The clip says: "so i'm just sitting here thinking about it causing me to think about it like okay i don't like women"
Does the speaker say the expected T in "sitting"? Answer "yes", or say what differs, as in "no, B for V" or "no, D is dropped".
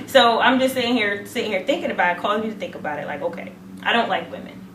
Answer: no, S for T